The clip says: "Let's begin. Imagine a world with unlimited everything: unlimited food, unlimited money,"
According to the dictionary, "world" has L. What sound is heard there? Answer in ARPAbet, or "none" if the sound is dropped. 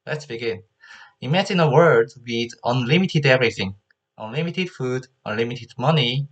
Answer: none